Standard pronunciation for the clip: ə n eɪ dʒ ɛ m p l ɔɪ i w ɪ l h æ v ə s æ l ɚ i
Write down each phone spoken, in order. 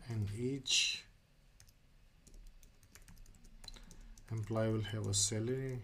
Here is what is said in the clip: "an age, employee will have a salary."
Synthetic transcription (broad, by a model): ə n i tʃ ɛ m p l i w ɪ l h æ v ə s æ l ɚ i